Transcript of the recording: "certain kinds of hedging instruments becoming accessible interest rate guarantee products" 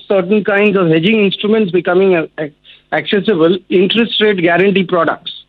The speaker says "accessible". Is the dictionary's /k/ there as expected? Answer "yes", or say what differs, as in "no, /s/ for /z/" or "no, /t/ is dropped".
yes